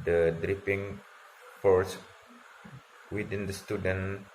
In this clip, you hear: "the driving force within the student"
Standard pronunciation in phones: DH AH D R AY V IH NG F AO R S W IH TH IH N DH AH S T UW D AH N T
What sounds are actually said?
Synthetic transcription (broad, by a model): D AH D R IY P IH NG F AO R S W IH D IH N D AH S T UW D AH N